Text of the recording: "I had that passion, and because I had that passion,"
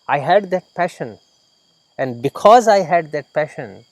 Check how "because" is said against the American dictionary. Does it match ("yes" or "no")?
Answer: yes